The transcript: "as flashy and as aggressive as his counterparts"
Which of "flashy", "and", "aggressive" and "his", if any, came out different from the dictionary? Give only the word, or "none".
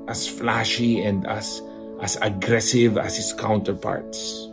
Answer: his